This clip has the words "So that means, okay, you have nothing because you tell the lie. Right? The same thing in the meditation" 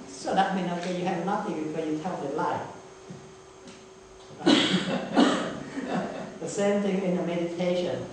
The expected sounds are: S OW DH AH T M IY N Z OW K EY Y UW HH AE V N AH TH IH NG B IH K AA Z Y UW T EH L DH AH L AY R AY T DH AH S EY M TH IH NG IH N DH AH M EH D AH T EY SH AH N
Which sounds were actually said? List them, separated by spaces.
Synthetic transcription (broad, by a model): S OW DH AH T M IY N OW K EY Y UW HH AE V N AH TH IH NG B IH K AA Y UW T EH L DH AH L AY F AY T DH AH S EY M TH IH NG IH N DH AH M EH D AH T EY SH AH N